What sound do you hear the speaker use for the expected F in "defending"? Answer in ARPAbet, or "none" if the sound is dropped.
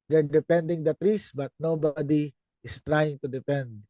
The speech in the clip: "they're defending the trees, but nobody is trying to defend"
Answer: P